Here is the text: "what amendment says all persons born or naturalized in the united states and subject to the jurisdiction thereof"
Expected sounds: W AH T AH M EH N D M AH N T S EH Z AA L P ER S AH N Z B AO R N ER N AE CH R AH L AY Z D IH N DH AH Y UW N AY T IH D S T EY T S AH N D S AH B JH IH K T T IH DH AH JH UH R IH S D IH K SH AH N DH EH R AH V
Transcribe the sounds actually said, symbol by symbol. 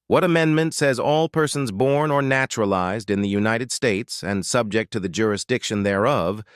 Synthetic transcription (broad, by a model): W AH T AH M EH N M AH N T S EH Z AA L P ER S AH N Z B AO R N ER N AE CH R AH L AY Z D IH N DH AH Y UW N AY T IH D S T EY T S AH N S AH B JH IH K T T IH DH AH JH UH R IH S D IH K SH AH N DH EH R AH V